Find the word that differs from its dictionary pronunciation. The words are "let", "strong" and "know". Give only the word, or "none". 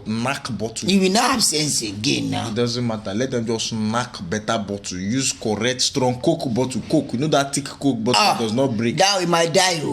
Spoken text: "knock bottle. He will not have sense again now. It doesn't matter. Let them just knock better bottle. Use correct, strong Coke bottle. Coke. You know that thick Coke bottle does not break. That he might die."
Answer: none